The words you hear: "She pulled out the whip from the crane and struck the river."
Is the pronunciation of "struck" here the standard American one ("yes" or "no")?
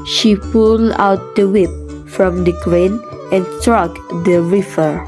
yes